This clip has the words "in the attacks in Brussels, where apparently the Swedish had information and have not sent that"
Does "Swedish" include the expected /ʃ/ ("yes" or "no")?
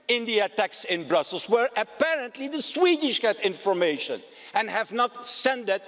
yes